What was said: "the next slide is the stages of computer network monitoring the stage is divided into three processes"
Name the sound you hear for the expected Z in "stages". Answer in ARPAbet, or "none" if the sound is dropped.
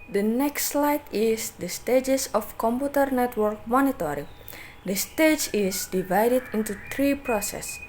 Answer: S